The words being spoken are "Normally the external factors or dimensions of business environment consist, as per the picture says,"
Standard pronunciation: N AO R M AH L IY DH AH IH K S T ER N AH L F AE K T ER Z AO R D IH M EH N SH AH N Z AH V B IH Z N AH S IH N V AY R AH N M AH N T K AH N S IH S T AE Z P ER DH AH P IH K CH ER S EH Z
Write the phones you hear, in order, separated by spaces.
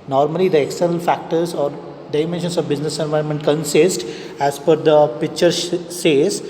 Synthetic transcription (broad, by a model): N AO R M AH L IY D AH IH K S T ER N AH L F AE K T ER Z AO R D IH M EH N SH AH N S AH V B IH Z N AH S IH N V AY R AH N M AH N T K AH N S IH S T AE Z F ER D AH P IH K CH ER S EH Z